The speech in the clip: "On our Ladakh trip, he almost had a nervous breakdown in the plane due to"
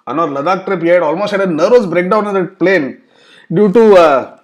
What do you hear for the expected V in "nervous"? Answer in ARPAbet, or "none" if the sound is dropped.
none